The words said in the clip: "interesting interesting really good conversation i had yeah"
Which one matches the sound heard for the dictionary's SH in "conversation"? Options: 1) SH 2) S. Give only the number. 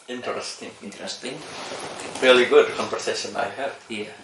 2